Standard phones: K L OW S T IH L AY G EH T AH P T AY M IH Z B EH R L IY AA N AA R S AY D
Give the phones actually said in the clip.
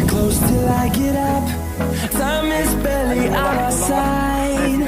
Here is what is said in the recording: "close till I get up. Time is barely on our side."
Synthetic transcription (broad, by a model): K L OW S T IH L AY G EH T AH P S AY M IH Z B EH L IY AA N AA S AY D